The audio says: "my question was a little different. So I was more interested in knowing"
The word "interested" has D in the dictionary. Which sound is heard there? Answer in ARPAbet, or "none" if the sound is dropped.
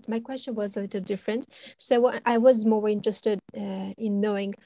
D